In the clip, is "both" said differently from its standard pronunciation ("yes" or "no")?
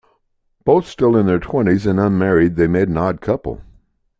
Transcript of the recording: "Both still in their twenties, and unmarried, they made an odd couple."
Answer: no